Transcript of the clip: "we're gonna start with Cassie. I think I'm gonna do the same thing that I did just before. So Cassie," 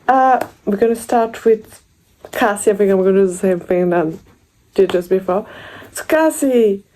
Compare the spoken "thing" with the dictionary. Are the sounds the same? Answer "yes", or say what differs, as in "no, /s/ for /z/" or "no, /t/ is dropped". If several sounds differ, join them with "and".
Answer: yes